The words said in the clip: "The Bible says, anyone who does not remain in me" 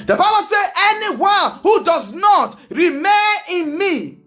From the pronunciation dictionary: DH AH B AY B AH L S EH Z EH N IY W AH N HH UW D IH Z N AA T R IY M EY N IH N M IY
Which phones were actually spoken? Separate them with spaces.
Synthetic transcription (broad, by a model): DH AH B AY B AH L S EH EH N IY W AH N HH UW D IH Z N AA T R IY M EY N IH N M IY